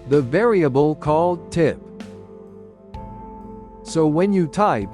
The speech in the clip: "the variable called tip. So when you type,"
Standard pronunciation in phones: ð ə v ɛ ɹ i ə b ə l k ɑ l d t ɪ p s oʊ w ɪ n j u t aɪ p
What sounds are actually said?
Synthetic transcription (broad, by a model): ð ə v ɛ ɹ i ə b ə l k ɑ l d t ɪ p s oʊ w ɪ n j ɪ t aɪ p